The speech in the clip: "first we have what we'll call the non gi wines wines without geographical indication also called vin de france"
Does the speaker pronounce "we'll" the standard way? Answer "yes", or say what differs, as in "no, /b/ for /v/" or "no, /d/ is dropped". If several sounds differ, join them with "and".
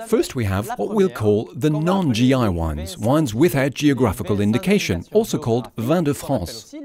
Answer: yes